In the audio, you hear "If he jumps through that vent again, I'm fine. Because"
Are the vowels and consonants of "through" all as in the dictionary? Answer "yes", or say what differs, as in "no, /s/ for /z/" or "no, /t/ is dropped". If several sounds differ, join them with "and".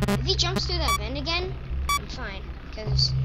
no, /ɹ/ is dropped